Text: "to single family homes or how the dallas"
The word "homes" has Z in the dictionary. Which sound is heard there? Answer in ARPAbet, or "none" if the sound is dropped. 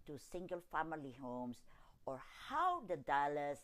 S